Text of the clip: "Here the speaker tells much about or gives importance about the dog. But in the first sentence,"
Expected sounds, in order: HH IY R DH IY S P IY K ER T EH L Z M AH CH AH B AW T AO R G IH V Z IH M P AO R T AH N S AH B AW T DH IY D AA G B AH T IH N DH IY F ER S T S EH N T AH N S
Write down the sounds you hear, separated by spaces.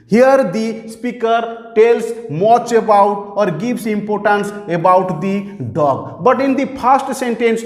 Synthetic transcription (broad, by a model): HH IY R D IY S P IY K ER T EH L S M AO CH AH B AW T AO R G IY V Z IH M P AO R T AH N S AH B AW T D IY D AA G B AH T IH N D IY P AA S T S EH N T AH N S